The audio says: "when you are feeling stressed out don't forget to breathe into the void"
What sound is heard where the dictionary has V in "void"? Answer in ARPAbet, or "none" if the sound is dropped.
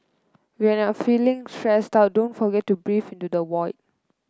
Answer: W